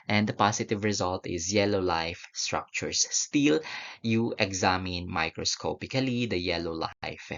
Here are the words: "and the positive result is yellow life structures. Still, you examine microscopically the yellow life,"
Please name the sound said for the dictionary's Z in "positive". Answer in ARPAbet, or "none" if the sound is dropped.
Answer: S